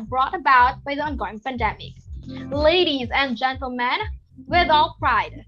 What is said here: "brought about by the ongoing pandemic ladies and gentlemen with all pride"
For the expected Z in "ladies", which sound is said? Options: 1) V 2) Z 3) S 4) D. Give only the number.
2